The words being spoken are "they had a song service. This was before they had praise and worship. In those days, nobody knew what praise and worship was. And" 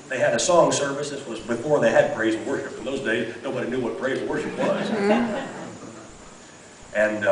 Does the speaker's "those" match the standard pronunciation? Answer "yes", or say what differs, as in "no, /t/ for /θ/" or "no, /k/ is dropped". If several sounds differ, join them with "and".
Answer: yes